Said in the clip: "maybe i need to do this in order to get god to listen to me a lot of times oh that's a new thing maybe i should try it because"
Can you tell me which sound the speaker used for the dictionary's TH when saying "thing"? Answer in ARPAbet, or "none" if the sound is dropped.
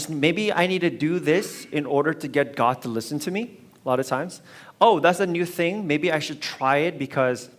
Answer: TH